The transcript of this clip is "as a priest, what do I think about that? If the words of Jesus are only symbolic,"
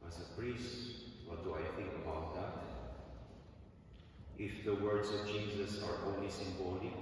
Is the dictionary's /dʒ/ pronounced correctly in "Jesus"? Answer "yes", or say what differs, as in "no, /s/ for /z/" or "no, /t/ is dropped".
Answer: no, /tʃ/ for /dʒ/